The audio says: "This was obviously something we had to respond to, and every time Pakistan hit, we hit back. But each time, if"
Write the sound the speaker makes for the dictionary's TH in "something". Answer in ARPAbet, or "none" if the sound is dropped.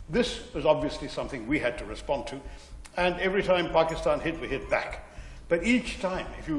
TH